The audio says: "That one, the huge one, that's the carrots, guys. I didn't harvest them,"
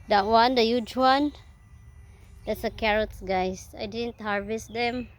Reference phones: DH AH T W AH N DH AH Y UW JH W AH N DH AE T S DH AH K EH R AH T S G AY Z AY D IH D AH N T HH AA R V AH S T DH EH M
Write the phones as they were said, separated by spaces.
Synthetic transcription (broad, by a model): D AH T W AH N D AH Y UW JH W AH N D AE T S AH K EH R AH T S G AY S AY D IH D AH N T HH AA R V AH S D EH M